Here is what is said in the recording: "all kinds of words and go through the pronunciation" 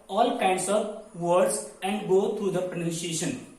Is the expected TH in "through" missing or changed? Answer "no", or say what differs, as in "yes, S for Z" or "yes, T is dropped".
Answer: yes, T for TH